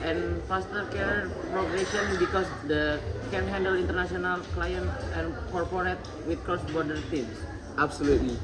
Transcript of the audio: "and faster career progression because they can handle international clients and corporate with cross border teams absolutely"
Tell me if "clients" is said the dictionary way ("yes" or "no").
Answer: no